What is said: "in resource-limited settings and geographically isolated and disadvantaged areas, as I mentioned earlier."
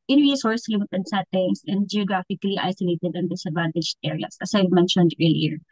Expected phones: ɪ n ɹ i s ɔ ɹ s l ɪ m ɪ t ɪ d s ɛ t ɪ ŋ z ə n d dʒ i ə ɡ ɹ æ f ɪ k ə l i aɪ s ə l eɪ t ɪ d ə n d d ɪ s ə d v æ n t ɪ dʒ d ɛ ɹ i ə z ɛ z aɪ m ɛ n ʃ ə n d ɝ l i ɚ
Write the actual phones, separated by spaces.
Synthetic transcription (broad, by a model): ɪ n ɹ i s ɔ ɹ s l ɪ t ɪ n s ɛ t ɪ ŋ s ə n d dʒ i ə ɡ ɹ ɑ f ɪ k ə l i aɪ s ə l eɪ t ɪ d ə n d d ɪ s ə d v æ n t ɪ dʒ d ɛ ɹ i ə s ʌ s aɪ m ɛ n ʃ ə n d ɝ l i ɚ